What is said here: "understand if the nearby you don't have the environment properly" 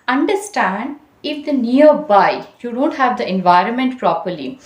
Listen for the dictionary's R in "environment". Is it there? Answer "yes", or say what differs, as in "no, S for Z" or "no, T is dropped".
yes